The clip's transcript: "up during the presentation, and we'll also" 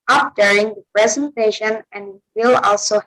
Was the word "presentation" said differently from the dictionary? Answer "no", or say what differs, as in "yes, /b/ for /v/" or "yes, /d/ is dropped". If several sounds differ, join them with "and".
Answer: no